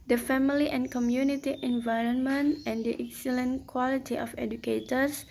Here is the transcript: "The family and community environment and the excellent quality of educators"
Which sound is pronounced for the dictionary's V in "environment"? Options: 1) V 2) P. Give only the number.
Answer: 1